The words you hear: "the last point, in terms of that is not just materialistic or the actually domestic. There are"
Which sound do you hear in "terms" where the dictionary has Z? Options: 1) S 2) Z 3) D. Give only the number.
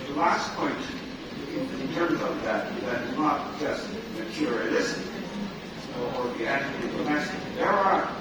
2